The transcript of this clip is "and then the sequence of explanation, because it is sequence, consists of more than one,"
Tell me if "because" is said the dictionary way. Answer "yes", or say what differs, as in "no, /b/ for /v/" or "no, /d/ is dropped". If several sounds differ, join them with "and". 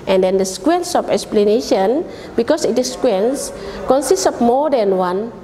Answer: no, /s/ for /z/